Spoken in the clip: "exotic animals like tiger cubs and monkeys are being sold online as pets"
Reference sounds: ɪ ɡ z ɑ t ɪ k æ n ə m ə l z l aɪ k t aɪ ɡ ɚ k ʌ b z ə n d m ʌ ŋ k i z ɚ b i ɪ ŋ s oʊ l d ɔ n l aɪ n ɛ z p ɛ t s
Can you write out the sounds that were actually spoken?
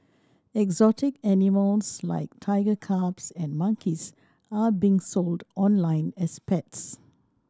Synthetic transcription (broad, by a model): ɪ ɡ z ɑ t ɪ k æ n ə m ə l s l aɪ k t aɪ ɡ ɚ k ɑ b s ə n m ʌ ŋ k i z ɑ b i ŋ s oʊ l d ɔ n l aɪ n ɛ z p ɛ t s